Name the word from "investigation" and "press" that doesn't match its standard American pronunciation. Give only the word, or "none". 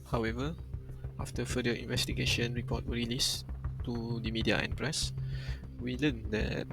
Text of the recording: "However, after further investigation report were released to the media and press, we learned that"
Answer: none